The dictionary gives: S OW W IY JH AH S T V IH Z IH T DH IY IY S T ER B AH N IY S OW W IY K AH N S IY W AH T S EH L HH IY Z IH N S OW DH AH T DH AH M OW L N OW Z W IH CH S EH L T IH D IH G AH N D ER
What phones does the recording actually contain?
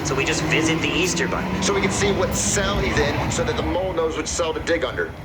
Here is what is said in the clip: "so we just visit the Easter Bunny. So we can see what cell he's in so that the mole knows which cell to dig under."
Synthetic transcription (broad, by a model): S OW W IY JH AH S T V IH Z IH T DH IY IY S T ER B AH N S OW W IY K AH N S IY W AH T S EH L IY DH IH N S OW DH AH T DH AH M OW L N OW Z W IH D S EH L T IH D IH G AH N D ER